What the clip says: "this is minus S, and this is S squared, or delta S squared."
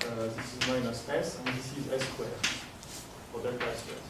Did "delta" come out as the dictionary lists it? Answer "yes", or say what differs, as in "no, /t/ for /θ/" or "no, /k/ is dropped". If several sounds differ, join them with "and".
no, /l/ is dropped